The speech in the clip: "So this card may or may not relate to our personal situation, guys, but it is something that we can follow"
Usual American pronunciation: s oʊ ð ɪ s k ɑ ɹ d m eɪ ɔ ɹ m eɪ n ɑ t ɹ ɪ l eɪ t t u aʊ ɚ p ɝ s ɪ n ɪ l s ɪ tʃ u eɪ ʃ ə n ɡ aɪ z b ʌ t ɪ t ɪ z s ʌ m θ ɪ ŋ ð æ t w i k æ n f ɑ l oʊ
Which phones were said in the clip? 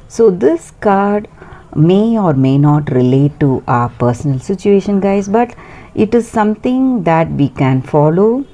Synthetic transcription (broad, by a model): s oʊ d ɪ s k ɑ ɹ d m eɪ ɔ ɹ m eɪ n ɑ t ɹ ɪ l eɪ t t u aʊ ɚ p ɝ s ɪ n ɪ l s ɪ tʃ u eɪ ʃ ə n ɡ aɪ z b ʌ t ɪ t ɪ z s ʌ m t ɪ ŋ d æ t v i k æ n f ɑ l oʊ